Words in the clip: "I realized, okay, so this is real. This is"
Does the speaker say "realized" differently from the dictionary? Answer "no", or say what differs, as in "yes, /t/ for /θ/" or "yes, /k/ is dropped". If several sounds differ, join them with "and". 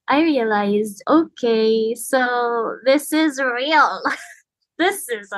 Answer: no